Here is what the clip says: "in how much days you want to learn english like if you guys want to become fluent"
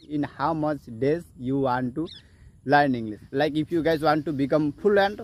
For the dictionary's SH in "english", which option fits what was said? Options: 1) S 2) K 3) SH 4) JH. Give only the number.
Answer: 1